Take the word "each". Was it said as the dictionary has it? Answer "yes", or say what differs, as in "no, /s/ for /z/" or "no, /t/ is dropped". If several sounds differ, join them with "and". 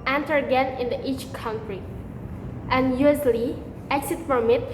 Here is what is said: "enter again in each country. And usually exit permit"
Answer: yes